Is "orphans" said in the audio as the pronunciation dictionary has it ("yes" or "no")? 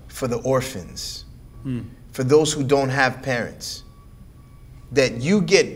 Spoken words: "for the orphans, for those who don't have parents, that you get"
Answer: yes